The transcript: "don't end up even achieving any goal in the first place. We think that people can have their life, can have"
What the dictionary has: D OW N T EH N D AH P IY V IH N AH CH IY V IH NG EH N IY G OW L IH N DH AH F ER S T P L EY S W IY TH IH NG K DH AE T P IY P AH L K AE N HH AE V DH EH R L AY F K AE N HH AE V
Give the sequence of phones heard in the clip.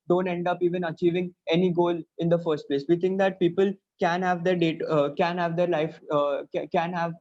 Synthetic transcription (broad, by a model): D OW N T EH N D AH P IY V IH N AH CH IY V IH NG EH N IY G OW L IH N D AH F ER S T P L EY S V IY T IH NG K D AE T P IY P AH L K AE N HH AE V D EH R L AY F K AE N HH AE V